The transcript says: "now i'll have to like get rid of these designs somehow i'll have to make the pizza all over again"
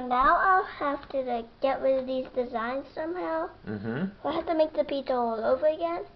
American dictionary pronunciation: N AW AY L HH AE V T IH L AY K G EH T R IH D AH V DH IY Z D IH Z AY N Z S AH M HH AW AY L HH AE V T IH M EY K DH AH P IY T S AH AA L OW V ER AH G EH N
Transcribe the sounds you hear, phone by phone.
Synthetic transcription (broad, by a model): N AW AY L HH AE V T IH G EH T W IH DH IY Z D IH Z AY N Z S AH M HH AW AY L HH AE F T IH M EY K DH AH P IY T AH AA L OW V ER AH G EH N